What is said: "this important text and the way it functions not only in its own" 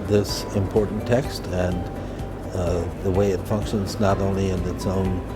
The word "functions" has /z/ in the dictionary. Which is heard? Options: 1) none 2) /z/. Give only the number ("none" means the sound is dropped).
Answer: 2